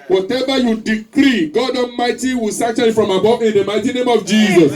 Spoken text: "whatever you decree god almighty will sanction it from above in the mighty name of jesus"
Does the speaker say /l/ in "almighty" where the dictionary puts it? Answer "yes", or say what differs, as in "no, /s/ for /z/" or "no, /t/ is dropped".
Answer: no, /l/ is dropped